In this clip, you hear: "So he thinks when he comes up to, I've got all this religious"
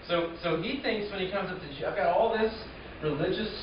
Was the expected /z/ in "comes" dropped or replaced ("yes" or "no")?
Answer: no